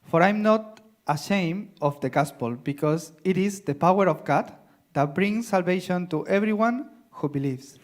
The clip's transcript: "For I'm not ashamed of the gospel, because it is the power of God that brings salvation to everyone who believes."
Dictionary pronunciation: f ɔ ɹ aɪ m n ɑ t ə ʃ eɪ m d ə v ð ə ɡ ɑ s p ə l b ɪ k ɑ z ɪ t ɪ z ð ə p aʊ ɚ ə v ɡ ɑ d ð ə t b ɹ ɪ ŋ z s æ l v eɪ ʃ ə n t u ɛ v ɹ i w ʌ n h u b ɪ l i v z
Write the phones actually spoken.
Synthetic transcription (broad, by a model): f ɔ ɹ aɪ m n ɑ t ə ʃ eɪ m ə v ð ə ɡ ɑ s p ə l b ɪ k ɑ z ɪ t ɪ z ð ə p aʊ ɚ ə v ɡ ɑ d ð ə t b ɹ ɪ ŋ s æ l v eɪ ʃ ə n t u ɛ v ɹ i w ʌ n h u b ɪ l i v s